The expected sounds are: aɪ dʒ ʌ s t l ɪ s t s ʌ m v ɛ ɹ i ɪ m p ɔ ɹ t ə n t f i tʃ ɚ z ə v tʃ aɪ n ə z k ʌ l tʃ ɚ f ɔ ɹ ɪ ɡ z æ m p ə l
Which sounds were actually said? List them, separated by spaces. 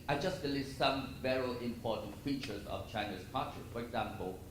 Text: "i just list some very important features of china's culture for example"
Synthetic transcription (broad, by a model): aɪ dʒ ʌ s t l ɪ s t s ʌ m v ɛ ɹ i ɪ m p ɔ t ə n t f i tʃ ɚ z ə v tʃ aɪ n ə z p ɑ tʃ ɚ f ɔ ɹ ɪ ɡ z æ m p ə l